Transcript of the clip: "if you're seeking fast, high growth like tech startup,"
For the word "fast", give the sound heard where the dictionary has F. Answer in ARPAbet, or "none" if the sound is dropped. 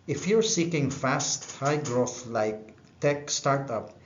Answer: F